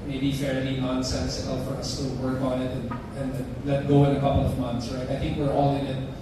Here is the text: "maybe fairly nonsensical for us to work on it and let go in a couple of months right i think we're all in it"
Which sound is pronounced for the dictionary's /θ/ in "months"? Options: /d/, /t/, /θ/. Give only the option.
/θ/